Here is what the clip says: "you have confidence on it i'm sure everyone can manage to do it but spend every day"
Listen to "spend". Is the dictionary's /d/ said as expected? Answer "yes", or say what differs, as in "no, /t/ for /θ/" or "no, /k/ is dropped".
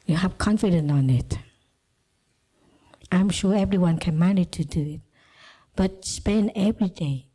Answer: no, /d/ is dropped